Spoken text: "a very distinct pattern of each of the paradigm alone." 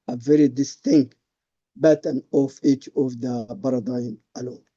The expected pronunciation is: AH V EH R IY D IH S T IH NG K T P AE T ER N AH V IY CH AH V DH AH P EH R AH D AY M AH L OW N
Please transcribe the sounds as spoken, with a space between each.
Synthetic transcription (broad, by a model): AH V EH R IY D IH S T IH NG K T B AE T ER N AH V IY CH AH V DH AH B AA R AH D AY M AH L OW N